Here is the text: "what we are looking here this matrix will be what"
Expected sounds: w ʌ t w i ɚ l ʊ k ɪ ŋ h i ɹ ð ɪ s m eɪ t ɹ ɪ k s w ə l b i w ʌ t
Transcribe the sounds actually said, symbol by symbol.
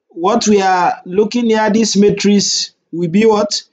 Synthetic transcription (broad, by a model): w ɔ t w i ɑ l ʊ k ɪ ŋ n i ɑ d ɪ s m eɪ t ɹ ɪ s w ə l b i w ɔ t